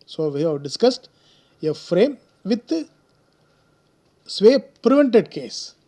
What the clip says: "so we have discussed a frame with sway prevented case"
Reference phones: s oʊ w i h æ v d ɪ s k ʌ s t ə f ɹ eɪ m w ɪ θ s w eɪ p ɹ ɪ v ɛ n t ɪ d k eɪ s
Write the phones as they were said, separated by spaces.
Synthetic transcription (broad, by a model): s oʊ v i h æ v d ɪ s k ʌ s t ə f ɹ eɪ m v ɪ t s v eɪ p ɹ ɪ v ɛ n t ɪ d k eɪ s